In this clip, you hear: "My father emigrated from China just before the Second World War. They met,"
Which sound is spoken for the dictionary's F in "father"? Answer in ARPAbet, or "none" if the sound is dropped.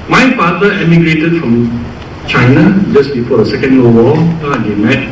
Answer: P